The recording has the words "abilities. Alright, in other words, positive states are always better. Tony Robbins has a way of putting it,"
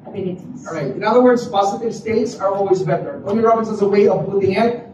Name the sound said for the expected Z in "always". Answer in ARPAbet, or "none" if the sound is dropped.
Z